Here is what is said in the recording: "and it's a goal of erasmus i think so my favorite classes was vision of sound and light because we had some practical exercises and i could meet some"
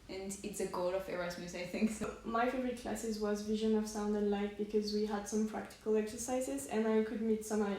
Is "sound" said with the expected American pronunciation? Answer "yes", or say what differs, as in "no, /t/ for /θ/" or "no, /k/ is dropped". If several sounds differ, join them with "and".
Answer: yes